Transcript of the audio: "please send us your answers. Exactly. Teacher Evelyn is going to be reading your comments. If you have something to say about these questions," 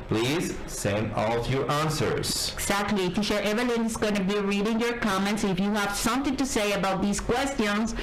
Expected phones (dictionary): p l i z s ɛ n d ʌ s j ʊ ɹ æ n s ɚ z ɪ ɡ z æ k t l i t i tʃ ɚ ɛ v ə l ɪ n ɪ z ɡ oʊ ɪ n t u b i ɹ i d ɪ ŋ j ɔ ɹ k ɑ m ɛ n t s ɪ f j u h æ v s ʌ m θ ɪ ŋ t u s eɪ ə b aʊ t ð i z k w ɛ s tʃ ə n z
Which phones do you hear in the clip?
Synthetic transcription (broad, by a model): p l i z s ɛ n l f j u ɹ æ n s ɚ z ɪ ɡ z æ k t l i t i ʃ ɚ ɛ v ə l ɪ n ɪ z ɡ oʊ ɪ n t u b i ɹ i d ɪ ŋ j ɔ ɹ k ɑ m ɛ n t s ɪ f j u h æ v s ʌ m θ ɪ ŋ t u s eɪ ə b aʊ t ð i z k w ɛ s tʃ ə n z